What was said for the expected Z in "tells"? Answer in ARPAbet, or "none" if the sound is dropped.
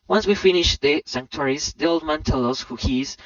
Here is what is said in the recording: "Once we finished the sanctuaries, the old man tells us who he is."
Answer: none